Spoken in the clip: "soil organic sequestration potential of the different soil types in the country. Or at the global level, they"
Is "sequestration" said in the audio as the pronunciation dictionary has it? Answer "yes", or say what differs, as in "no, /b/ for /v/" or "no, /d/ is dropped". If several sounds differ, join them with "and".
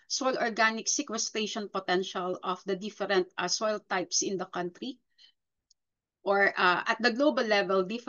no, /ɹ/ is dropped